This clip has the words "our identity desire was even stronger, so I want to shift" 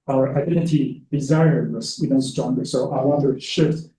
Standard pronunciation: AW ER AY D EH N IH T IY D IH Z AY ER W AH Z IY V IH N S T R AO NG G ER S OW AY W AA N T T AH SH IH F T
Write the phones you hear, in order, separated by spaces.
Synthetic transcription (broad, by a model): AW ER AY D EH N IH T IY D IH Z AY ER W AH S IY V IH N S T R AO NG G ER S OW AY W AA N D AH SH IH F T